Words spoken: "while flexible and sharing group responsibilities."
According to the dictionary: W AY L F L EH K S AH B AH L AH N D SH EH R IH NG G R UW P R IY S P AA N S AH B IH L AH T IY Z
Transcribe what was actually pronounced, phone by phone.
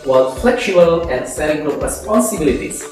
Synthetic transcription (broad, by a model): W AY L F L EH K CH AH AH L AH N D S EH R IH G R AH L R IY S P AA N S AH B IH L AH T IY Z